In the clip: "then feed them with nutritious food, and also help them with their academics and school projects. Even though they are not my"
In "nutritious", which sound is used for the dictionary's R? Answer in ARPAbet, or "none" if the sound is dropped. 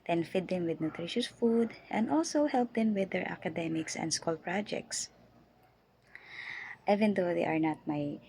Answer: R